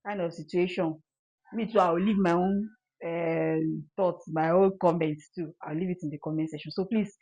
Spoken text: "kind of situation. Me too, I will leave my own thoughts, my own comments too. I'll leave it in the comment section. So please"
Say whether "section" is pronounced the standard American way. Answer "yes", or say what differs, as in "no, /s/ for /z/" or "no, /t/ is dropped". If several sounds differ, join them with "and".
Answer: no, /k/ is dropped